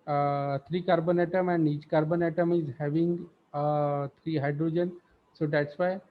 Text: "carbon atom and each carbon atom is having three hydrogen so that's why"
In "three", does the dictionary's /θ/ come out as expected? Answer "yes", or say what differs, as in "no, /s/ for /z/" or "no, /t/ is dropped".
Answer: no, /t/ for /θ/